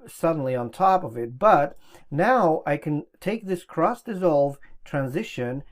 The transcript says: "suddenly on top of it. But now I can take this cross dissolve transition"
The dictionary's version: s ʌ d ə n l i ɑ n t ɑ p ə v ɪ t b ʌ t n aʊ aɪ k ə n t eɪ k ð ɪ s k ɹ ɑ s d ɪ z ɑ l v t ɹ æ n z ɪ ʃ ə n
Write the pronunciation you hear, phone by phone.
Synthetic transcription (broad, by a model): s ʌ d n l i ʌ n t ɑ p ə v ɪ t b ʌ t n aʊ aɪ k ə n t eɪ k ð ɪ s k ɹ ɑ s d ɪ z ɑ l v t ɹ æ n z ɪ ʃ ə n